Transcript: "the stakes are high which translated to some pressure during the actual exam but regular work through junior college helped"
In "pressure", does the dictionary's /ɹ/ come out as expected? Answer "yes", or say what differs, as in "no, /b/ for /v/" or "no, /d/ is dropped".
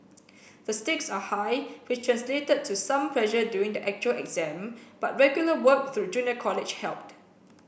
no, /l/ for /ɹ/